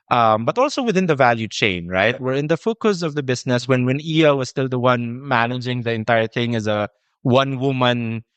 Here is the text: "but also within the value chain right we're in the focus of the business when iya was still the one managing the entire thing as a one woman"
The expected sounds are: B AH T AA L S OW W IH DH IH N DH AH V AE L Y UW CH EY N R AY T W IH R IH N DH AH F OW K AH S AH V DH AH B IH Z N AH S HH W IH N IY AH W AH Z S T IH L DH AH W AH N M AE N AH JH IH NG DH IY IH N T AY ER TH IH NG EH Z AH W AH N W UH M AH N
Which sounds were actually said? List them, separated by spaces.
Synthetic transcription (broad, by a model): B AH T AA L S OW W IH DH IH N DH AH V AE L Y UW CH EY N R AY T W IH R IH N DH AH F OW K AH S AH V DH AH B IH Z N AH S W W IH N IY AH W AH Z S T IH L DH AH W AH N M AE N AH JH IH NG DH IY IH N T AY ER TH IH NG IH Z AH W AH N W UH M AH N